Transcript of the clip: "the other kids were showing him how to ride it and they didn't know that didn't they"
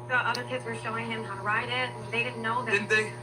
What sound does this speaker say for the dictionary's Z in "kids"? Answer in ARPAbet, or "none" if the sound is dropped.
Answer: Z